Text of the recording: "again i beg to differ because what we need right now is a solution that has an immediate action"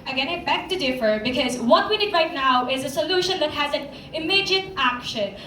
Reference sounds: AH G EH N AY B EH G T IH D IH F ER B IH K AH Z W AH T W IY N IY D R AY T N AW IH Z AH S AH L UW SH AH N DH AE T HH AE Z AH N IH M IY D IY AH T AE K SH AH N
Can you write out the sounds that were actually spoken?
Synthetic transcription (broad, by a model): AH G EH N AY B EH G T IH D IH F ER B IH K AH Z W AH T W IY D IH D R AY T N AW IH Z AH S AH L UW SH AH N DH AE T HH AE Z AH N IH M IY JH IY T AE K SH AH N